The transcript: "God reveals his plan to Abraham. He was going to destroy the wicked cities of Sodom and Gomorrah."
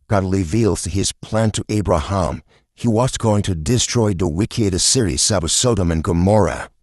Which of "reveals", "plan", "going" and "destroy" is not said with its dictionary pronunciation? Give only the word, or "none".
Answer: reveals